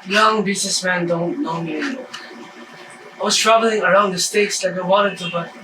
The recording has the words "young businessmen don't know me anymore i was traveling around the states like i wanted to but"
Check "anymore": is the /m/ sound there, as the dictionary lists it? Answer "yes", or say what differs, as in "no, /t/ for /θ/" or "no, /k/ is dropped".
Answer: no, /m/ is dropped